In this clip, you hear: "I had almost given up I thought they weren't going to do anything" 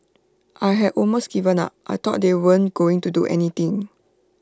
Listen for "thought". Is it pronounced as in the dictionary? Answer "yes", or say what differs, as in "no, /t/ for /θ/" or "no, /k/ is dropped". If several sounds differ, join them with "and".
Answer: no, /t/ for /θ/